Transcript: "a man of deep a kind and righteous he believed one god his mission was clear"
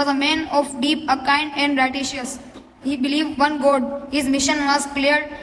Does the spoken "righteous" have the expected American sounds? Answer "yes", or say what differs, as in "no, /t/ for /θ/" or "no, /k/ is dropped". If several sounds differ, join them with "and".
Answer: no, /ʃ/ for /tʃ/